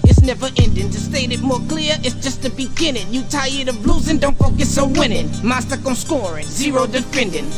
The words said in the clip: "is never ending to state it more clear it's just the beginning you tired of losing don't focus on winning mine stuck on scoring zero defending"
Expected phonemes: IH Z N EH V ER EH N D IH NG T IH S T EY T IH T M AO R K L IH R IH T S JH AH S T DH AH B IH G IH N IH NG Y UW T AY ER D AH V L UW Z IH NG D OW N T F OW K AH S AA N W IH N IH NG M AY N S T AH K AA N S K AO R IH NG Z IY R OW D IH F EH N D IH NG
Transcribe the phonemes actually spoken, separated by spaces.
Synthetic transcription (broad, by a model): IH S N EH V ER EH N D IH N T IH S T EY T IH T M AO R K L IH R IH T S JH AH S T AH B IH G IH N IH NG Y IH T AY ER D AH B L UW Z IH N D OW N T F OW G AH S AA W IH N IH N M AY S T AH K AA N S K AO R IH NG Z IY R OW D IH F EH N D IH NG